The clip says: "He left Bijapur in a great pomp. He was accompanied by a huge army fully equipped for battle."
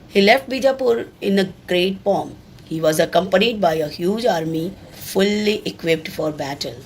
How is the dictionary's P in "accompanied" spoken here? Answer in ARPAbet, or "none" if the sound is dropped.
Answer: P